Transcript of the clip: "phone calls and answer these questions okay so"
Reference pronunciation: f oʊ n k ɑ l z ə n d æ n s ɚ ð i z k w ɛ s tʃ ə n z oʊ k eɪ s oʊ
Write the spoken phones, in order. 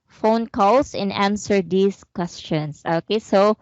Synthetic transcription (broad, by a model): f oʊ n k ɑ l s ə n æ n s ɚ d i s k w ɛ s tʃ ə n s oʊ k eɪ s oʊ